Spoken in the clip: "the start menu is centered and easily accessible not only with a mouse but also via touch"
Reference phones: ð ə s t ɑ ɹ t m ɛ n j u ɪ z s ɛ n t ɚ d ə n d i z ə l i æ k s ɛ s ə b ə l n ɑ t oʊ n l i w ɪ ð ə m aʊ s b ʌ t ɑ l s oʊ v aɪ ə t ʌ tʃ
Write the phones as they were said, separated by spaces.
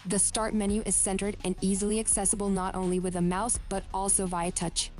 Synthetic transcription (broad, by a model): ð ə s t ɑ ɹ t m ɛ n j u ɪ z s ɛ n t ɚ d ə n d i z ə l i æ k s ɛ s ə b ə l n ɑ t oʊ n l i w ɪ ð ə m aʊ s b ʌ t ɑ l s oʊ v aɪ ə t ʌ tʃ